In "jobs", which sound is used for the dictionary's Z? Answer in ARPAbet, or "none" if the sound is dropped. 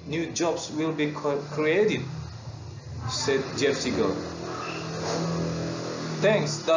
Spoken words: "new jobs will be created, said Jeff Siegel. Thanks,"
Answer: S